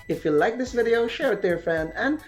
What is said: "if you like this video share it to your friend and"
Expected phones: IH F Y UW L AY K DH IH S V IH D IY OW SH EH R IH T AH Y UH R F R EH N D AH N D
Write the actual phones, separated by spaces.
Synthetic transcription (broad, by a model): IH F Y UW L AY K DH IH S V IH D IY OW SH EH R IH T AH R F EH N AH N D